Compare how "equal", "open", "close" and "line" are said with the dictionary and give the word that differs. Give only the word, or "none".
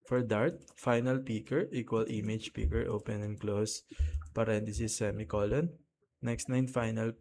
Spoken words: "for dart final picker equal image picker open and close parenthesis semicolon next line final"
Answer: line